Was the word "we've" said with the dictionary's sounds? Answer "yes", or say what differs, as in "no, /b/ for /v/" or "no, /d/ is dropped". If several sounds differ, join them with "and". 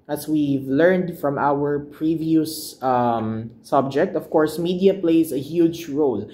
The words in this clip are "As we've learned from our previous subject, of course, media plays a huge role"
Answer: yes